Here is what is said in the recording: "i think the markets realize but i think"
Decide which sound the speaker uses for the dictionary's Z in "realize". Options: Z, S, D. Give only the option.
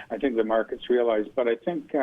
Z